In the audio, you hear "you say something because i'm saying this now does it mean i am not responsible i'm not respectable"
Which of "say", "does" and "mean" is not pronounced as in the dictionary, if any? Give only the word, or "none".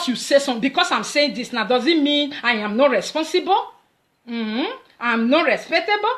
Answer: none